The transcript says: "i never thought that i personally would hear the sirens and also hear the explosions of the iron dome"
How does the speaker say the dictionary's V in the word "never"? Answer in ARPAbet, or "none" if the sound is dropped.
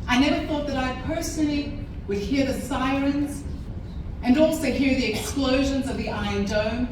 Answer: V